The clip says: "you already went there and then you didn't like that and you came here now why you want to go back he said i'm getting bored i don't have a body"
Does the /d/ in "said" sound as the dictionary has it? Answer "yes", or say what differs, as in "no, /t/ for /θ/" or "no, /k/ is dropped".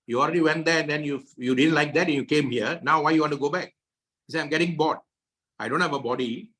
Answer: no, /d/ is dropped